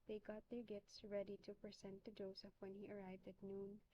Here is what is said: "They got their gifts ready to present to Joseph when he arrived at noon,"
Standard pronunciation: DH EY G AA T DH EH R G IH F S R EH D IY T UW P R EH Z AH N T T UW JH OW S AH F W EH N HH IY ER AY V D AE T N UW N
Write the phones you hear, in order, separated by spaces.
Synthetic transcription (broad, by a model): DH EY G AA T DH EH R G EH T S R EH D IY T UW P R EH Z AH N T T UW JH OW S AH F W EH N HH IY ER AY V D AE T N UW N